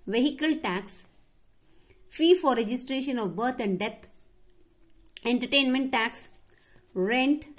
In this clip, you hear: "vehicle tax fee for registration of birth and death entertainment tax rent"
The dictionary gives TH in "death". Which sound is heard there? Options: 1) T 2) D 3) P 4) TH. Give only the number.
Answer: 1